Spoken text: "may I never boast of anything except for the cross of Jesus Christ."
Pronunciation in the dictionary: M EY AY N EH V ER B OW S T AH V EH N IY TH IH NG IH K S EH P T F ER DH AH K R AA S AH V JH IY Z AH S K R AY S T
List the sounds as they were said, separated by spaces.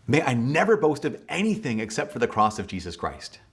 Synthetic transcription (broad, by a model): M EY AY N EH V ER B OW S T AH V EH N IY TH IH NG IH K S EH P T F ER DH AH K R AA S AH V JH IY Z AH S K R AY S T